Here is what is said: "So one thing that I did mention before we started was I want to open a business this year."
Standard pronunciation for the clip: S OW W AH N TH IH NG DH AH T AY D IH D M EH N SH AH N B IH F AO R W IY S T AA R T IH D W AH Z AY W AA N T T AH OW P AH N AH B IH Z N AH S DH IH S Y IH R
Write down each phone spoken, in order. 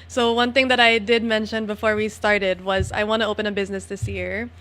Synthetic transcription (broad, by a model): S OW W AH N TH IH NG DH AH T AY D IH D M EH N SH AH N B IH F AO R W IY S T AA R T IH D W AH Z AY W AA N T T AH OW P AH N AH B IH Z N AH S DH IH S Y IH R